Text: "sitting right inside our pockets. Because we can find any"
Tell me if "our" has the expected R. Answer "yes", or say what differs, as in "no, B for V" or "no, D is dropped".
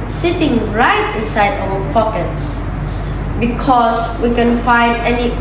no, W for R